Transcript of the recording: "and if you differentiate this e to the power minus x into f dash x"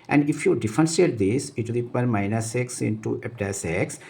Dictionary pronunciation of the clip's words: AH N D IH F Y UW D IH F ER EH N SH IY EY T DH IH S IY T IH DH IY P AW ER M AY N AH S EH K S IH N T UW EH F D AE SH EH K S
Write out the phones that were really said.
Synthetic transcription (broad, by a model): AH N D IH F Y UW D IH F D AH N S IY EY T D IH S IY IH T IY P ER M AY N AH S EH K S IH N T UW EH P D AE S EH K S